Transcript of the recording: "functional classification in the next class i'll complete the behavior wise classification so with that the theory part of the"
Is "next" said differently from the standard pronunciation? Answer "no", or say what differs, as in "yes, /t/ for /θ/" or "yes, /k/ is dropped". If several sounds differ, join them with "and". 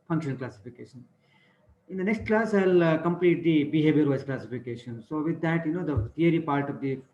no